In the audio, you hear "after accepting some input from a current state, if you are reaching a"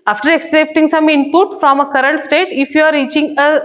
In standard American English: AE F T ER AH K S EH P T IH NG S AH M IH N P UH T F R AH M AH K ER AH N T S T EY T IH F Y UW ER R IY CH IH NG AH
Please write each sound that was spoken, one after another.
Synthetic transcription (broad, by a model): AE F T ER AH K S EH P T IH NG S AH M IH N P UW T F R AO M AH K ER AH N T S T EY T IH F Y UW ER R IY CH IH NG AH